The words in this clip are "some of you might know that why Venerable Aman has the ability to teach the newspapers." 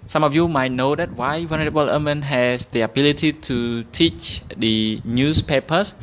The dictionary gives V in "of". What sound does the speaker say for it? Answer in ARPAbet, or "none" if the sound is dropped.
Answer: F